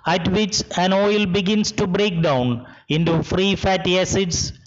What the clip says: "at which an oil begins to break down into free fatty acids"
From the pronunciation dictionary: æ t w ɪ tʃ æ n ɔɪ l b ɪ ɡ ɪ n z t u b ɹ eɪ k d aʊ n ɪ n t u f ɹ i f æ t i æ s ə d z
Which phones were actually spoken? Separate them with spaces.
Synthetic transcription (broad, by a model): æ t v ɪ tʃ æ n ɔɪ l b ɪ ɡ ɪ n s t u b ɹ eɪ k d aʊ n ɪ n t u f ɹ i f æ t i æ s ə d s